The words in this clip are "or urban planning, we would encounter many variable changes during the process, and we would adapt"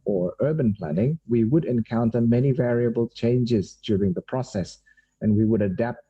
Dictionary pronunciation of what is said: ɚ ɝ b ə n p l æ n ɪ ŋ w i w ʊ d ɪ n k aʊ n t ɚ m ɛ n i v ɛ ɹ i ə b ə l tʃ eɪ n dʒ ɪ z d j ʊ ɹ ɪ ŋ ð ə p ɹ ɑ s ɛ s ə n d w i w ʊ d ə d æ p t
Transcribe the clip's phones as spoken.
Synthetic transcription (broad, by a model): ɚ ɝ b ə n p l æ n ɪ ŋ w i w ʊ d ɪ n k aʊ n t ɚ m ɛ n i v ɛ ɹ i ə b ə l tʃ eɪ n dʒ ɪ z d j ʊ ɹ ɪ ŋ ð ə p ɹ ɑ s ɛ s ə n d w i w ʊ d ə d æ p t